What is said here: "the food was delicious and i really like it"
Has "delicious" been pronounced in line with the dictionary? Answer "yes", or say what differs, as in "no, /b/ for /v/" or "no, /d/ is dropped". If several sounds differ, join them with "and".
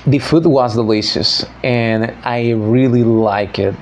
no, /s/ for /ʃ/